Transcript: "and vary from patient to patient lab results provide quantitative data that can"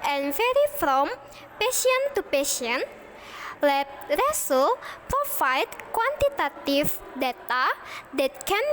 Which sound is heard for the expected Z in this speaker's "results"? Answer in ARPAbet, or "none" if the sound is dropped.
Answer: S